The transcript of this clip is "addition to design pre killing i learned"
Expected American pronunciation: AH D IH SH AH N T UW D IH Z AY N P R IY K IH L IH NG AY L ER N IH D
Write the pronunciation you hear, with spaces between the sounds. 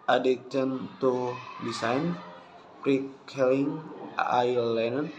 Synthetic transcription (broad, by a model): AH D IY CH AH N T UW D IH S AY N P R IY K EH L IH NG AY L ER N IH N